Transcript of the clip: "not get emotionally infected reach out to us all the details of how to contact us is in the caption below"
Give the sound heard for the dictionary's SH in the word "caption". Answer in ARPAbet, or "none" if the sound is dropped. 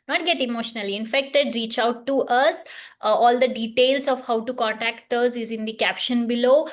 SH